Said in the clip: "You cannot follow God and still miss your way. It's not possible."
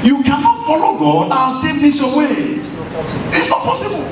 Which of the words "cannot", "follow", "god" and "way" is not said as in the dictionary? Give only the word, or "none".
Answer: god